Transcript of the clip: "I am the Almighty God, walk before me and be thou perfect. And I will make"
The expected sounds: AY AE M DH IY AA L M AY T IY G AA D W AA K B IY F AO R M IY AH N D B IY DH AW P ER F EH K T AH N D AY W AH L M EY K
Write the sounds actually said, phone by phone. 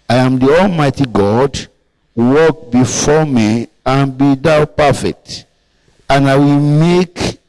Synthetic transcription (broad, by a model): AY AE M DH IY AA L M AY T IY G AA D W AA K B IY F AO M IY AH N B IY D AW P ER F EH K T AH N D AY W AH L M EY K